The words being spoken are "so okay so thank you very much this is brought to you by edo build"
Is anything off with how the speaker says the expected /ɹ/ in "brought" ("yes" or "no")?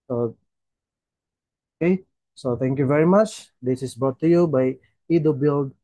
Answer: yes